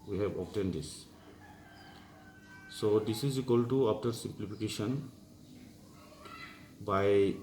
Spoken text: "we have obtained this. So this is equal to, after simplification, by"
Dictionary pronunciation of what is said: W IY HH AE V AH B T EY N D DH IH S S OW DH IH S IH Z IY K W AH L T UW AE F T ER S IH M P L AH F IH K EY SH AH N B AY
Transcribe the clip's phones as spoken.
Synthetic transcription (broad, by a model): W IY HH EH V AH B T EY N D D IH S S OW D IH S IH Z IY K W AH L T UW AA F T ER S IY M P L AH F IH K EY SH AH N B AY